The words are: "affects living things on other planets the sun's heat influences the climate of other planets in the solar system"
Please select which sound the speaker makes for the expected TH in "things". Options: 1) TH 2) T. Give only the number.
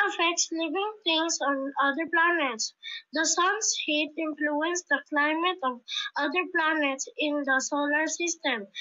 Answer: 2